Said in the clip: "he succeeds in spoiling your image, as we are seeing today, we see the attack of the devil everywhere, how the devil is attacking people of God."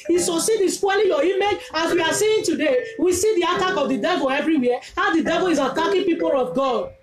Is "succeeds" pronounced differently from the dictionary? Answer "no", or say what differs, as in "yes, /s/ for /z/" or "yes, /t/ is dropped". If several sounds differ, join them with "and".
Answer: yes, /k/ is dropped and /z/ is dropped